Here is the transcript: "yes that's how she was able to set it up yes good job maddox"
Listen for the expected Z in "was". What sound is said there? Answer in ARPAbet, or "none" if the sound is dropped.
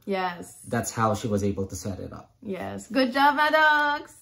Z